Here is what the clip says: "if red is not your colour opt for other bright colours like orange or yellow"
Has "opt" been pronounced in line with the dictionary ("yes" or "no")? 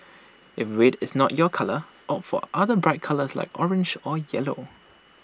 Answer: no